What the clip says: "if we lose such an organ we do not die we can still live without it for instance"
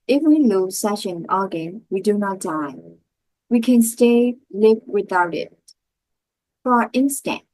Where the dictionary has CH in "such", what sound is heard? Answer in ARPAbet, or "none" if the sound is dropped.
SH